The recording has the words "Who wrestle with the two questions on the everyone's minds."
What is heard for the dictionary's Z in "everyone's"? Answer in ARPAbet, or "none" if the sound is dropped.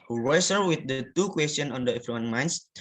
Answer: none